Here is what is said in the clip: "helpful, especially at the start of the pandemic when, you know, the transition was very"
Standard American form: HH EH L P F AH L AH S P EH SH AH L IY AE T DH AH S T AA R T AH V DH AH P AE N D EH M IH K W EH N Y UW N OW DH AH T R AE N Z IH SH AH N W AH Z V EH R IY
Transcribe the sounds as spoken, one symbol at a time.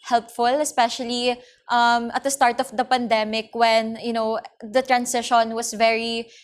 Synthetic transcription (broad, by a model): HH EH L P F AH L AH S P EH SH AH L IY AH T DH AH S T AA R T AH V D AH P AE N D EH M IH K W EH N Y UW N OW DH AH T R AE N S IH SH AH N W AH S V EH R IY